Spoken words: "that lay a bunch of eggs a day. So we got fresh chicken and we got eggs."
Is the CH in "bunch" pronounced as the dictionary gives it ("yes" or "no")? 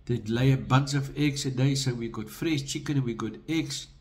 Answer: no